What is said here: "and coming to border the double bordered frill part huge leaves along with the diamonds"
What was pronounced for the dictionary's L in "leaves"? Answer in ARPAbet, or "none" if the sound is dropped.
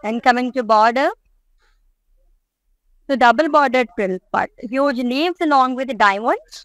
N